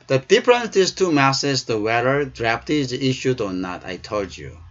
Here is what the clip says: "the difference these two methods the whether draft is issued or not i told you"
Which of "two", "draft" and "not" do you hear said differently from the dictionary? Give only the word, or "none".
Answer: draft